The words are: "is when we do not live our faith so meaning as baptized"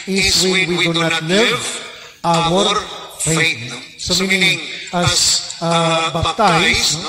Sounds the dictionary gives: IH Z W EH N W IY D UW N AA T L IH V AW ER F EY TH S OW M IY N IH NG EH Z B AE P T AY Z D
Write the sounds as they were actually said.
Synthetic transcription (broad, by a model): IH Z W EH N W IY D UW N AA T L IH V AW ER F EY T S OW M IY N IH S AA B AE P T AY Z